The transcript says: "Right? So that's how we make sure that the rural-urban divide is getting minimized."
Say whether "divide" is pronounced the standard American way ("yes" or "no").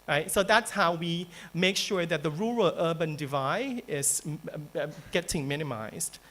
yes